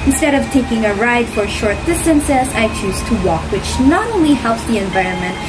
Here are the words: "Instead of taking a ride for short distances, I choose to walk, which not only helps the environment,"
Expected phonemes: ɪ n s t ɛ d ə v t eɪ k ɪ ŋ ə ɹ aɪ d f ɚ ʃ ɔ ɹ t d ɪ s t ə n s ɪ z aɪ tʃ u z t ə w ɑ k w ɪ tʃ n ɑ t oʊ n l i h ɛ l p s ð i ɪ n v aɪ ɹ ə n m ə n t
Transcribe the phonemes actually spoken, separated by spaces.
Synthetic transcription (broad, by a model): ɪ n s t ɛ d ə v t eɪ k ɪ ŋ ə ɹ aɪ d f ɚ ʃ ɔ ɹ t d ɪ s t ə n s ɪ s aɪ tʃ u z t ə w ɑ k w ɪ tʃ n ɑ t oʊ n l i h ɛ l p s ð i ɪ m v aɪ ɹ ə n m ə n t